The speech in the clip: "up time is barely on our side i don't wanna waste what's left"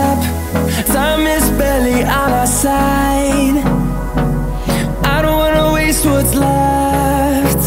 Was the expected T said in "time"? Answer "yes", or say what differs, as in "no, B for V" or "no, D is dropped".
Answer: no, S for T